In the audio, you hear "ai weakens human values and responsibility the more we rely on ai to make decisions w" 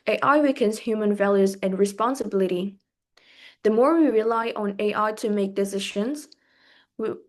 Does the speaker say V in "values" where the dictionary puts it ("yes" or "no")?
yes